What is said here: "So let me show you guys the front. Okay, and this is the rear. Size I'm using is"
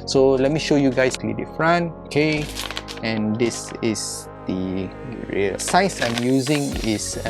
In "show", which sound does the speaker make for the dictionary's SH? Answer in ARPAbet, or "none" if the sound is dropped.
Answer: SH